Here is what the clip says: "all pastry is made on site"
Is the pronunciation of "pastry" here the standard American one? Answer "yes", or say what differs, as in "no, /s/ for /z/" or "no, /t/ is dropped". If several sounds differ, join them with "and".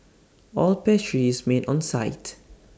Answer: no, /s/ is dropped